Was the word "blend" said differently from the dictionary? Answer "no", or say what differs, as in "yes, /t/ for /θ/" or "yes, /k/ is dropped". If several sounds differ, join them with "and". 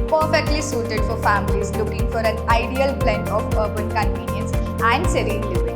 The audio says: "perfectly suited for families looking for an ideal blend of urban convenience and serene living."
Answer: yes, /d/ is dropped